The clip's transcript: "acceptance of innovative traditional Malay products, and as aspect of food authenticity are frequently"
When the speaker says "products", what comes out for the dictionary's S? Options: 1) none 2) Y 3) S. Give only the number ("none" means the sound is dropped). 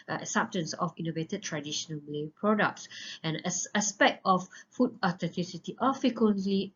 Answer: 3